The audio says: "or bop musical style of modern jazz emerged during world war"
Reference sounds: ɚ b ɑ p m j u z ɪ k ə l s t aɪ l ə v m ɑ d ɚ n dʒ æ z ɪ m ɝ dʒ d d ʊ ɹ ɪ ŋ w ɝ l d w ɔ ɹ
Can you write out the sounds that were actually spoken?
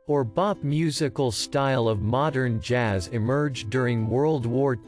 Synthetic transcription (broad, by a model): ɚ b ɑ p m j u z ɪ k ə l s t aɪ l ə v m ɑ d ɚ n dʒ æ z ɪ m ɝ dʒ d d ʊ ɹ ɪ ŋ w ɝ l d w ɔ ɹ